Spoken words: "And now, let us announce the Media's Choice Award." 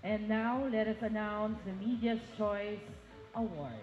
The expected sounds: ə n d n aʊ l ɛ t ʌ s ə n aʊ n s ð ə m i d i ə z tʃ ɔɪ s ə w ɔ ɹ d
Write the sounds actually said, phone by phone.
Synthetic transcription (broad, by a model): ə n n aʊ l ɛ t ʌ s ə n aʊ n s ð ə m i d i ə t tʃ ɔɪ s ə w ɔ ɹ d